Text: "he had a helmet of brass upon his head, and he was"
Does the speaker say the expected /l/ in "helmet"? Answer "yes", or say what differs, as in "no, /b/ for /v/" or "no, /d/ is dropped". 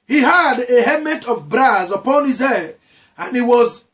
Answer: no, /l/ is dropped